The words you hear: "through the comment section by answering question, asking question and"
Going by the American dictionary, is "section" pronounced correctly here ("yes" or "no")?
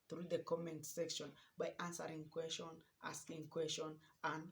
yes